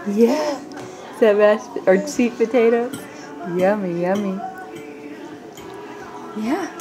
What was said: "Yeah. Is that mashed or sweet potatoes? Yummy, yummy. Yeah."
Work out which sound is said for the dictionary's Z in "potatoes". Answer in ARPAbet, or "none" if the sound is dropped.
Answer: none